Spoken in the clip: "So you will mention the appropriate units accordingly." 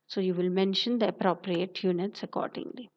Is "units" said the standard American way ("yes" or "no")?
yes